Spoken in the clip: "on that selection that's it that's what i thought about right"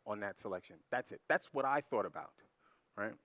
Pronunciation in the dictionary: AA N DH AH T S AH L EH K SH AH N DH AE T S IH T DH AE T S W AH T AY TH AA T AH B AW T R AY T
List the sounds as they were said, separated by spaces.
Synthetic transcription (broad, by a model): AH N DH AH T S AH L EH K SH AH N DH AE T S IH T DH AE T S W AH T AY TH AA T AH B AW T R AY T